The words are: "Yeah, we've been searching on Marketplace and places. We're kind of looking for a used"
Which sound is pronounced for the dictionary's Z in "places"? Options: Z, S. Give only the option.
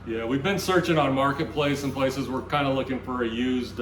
Z